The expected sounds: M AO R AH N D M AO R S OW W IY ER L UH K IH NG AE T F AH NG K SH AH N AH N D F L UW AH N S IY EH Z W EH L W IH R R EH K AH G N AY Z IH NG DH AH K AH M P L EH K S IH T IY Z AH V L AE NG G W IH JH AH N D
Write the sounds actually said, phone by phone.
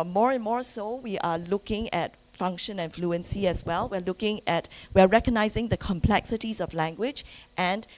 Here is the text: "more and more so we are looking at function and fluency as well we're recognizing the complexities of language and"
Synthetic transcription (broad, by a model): M AO R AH N M AO R S OW W IY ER L UH K IH NG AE T F AH NG K SH AH N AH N F L UW AH N S IY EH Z W EH L W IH W R EH K AH G N AY Z IH NG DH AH K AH M P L EH K S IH T IY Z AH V L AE NG G W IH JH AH N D